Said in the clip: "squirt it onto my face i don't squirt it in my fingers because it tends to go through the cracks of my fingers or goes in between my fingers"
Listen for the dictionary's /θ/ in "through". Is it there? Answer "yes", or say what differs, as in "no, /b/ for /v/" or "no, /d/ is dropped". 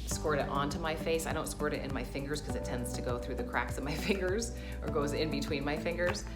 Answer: yes